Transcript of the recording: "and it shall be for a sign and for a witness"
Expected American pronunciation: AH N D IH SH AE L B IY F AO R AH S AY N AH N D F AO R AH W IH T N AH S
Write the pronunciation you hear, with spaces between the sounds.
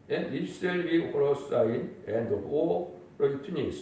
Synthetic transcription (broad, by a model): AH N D IH S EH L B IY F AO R AH S AY N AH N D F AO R AH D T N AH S